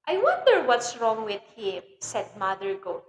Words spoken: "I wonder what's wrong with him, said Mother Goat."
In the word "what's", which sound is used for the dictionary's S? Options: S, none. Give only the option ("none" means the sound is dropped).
S